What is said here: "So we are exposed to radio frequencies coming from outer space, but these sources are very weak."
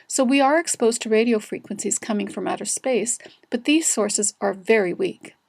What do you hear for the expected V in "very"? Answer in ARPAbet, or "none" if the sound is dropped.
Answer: V